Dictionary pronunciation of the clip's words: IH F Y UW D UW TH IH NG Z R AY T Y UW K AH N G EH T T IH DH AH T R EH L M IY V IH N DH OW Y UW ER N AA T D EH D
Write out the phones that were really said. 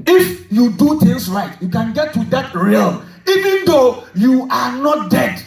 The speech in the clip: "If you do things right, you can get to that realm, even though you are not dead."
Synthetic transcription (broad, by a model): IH F Y UW D UW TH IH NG S R AY T Y UW K AH N G EH T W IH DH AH T R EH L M IY V IH N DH OW Y UW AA N AA T D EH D